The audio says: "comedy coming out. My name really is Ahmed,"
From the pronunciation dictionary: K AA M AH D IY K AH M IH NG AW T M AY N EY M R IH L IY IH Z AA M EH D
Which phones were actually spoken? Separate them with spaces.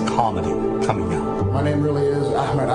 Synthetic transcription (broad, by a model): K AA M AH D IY K AH M IH NG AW M AY N EY M R IH L IY IH Z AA M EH D